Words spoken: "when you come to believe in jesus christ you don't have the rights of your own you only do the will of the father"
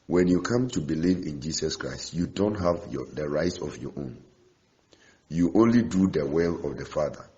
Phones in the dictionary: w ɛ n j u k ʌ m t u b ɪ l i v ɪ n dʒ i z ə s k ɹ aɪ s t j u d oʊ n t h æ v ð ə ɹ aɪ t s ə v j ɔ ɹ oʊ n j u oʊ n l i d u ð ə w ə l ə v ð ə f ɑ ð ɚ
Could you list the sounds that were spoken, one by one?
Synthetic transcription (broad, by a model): w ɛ n j u k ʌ m t u b ɪ l i v ɪ n dʒ i s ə s k ɹ aɪ s t j u d oʊ n t h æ v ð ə ɹ aɪ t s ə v j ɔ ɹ oʊ n j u oʊ n l i d u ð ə w ə l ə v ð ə f ɑ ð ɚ